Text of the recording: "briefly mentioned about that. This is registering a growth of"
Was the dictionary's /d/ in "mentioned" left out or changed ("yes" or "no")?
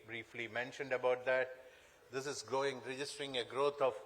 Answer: no